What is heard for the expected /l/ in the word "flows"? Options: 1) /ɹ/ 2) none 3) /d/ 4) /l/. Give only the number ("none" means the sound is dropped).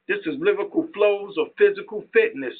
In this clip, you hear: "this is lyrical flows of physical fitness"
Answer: 4